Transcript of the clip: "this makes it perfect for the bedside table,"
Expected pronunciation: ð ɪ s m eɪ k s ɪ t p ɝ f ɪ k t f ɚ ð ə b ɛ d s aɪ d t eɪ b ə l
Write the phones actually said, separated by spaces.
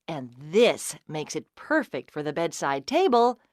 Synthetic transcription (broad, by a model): ð ɪ s m eɪ k s ɪ t p ɝ f ɪ k t f ɚ ð ə b ɛ d s aɪ d t eɪ b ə l